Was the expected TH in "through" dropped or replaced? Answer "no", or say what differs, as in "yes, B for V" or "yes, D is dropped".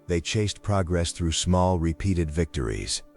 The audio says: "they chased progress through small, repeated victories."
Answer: no